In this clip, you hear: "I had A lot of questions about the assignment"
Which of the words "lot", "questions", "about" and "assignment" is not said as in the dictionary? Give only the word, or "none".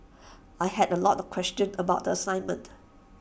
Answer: questions